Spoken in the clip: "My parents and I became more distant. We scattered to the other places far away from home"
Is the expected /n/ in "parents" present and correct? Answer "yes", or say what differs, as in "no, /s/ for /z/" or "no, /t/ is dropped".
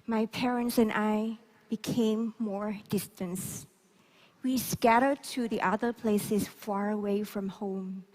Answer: yes